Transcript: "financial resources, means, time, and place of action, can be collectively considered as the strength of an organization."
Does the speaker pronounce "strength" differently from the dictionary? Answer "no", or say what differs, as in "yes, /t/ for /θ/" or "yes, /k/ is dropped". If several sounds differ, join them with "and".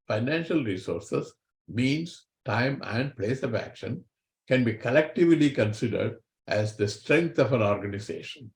yes, /t/ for /θ/